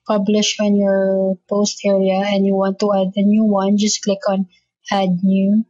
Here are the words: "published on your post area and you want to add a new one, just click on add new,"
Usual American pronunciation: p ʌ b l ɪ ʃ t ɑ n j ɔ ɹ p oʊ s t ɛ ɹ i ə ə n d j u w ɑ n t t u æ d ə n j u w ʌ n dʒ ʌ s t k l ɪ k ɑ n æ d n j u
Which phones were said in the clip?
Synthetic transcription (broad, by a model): p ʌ b l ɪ ʃ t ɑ n j ɔ ɹ p oʊ s t ɛ ɹ i ə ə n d j u w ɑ n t t u æ d ə n j u w ʌ n dʒ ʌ s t k l ɪ k ɑ n æ d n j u